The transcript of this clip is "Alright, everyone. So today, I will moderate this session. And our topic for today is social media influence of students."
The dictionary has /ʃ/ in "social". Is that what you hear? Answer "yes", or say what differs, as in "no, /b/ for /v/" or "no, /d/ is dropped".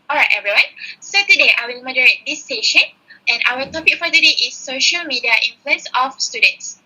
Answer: yes